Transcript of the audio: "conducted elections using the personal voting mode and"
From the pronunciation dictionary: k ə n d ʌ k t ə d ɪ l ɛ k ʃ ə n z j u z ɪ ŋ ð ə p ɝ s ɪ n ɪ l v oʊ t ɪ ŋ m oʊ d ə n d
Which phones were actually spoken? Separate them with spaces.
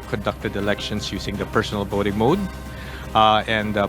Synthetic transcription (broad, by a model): k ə n d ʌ k t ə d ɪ l ɛ k ʃ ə n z j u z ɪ ŋ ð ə p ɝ s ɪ n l b oʊ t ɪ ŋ m oʊ d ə n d